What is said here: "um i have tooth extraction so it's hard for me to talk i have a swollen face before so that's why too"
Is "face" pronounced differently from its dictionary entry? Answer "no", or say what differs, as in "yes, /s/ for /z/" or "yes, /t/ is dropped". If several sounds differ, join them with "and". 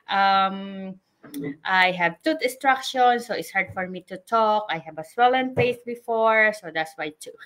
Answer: yes, /p/ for /f/